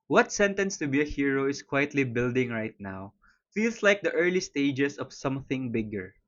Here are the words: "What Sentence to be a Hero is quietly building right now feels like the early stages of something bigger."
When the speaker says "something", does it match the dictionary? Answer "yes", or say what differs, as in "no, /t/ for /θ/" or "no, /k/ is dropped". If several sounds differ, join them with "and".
yes